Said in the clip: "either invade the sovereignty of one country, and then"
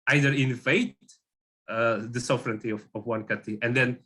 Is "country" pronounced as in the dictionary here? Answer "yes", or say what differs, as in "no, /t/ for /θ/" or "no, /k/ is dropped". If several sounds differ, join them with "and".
no, /n/ is dropped and /ɹ/ is dropped